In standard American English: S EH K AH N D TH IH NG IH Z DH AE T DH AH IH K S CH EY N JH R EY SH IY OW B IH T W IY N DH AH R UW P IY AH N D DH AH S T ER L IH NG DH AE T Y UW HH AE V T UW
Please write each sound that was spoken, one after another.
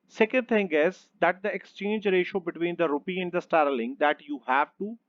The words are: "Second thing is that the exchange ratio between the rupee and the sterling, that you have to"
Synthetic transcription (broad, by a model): S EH K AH N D T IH NG IH Z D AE T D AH IH K S CH EY N JH R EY SH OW B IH T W IY N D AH R UW P IY AH N D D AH S T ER L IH NG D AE T Y UW HH AE V T UW